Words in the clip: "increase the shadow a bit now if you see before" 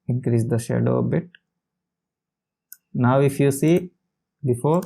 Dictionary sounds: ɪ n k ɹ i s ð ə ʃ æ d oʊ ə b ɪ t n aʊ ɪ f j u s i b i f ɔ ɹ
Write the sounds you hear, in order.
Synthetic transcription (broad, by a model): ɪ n k ɹ i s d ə ʃ æ d oʊ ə b ɪ t n aʊ ɪ f j u s i b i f ɔ ɹ